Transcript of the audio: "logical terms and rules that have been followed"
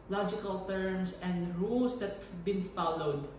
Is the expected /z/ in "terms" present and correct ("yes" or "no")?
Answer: no